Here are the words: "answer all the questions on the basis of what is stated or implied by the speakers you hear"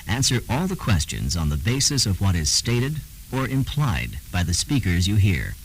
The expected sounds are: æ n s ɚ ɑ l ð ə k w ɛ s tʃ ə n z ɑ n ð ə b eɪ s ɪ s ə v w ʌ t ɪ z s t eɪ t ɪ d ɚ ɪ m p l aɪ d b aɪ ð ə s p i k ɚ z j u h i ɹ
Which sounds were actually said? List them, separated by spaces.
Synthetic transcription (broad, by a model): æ n s ɚ ɑ l ð ə k w ɛ s tʃ ə n z n ð ə b eɪ s ɪ s ə v w ʌ t ɪ z s t eɪ t ɪ d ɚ ɪ m p l aɪ d b aɪ ð ə s p i k ɚ z j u h i ɹ